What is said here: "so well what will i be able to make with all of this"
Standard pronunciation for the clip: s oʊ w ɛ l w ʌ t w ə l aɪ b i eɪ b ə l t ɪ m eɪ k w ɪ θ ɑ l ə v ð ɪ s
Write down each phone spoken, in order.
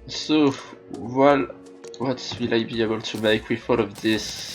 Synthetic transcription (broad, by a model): s oʊ w ɛ l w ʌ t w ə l aɪ b i eɪ b ə l t ɪ m eɪ k w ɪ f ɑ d ə v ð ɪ s